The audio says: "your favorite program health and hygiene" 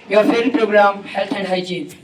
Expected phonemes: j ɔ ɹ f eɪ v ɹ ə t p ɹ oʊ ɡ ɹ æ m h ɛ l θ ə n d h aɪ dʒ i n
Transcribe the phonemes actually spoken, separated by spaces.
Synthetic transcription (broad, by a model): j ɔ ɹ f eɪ ɹ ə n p ɹ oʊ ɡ ɹ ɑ m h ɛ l t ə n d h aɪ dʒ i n